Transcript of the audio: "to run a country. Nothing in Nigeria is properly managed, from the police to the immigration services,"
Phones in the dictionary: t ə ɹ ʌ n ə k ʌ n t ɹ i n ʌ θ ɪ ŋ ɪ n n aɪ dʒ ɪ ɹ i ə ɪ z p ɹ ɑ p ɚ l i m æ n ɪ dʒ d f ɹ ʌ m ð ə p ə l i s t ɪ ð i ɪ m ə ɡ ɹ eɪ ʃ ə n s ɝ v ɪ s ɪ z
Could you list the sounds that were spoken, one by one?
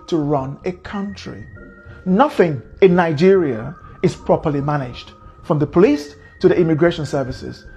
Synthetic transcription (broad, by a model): t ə ɹ ʌ n ə k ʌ n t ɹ i n ʌ θ ɪ ŋ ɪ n n aɪ dʒ ɪ ɹ i ə ɪ z p ɹ ɑ p ɚ l i m æ n ɪ dʒ d f ɹ ʌ m ð ə p ə l i s t ɪ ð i ɪ m ə ɡ ɹ eɪ ʃ ə n s ɝ v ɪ s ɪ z